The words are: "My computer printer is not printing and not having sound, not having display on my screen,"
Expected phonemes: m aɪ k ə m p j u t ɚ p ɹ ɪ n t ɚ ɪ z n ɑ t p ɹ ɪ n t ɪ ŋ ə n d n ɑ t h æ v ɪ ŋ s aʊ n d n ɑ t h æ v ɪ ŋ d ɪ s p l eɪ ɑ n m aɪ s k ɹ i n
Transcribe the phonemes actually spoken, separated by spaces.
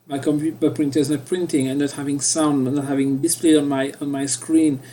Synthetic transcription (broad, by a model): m aɪ k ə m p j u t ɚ p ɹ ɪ n t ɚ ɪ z n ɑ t p ɹ ɪ n t ɪ ŋ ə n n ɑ t h æ v ɪ ŋ s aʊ n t n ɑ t h æ v ɪ ŋ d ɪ s p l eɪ ɑ n m aɪ s k ɹ i n